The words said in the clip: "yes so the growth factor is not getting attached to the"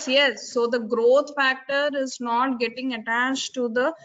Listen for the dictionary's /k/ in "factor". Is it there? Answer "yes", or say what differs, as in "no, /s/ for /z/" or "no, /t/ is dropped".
yes